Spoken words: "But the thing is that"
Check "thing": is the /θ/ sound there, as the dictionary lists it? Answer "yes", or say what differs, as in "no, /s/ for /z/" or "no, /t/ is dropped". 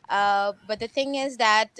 yes